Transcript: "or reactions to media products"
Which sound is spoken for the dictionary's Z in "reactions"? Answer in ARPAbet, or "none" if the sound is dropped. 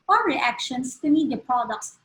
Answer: S